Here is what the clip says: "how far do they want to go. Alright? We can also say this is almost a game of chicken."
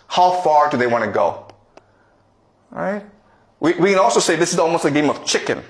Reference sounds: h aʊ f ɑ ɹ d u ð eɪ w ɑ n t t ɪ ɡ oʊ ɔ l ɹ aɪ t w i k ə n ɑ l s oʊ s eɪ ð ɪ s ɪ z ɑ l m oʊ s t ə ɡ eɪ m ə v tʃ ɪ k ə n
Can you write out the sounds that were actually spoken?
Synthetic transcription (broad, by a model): h aʊ f ɑ ɹ d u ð eɪ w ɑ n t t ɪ ɡ oʊ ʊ ɹ aɪ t w i k ə n ɑ l s oʊ s eɪ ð ɪ s ɪ z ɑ l m oʊ s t ə ɡ eɪ m ə v tʃ ɪ k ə n